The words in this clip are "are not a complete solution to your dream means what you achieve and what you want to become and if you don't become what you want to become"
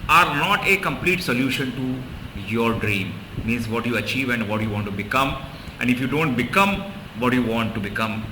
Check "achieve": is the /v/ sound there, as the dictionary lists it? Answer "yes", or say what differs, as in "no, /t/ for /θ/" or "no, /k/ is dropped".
yes